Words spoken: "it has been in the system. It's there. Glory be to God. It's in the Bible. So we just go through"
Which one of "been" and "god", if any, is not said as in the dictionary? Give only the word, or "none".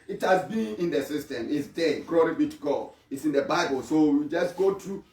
god